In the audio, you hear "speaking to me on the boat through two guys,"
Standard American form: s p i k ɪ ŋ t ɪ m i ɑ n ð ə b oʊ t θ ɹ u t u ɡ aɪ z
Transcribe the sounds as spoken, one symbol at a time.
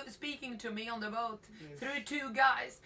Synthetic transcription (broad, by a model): s p i k ɪ ŋ t ɪ m i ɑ n ð ə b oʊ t θ ɹ u t u ɡ aɪ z